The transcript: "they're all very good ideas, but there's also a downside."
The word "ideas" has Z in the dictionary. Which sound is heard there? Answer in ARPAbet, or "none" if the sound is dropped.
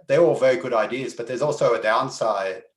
Z